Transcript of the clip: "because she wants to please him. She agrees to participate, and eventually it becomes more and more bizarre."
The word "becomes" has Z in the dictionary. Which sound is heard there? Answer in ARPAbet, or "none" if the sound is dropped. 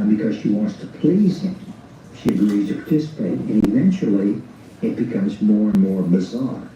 Z